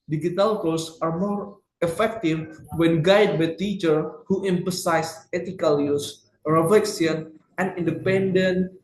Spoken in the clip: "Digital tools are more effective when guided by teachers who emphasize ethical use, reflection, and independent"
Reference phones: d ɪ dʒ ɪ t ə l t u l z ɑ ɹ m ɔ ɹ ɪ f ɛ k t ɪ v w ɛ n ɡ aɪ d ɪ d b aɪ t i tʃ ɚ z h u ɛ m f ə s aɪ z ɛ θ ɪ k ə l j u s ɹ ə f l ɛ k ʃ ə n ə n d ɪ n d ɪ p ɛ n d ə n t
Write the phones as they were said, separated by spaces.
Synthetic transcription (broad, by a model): d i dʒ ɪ t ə l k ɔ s ɑ ɹ m ɔ ɹ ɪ f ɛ k t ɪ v w ɛ n ɡ aɪ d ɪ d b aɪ t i tʃ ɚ h u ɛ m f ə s aɪ s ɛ t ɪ k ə l j u s ɹ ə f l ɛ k s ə n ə n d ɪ n d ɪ p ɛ n d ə n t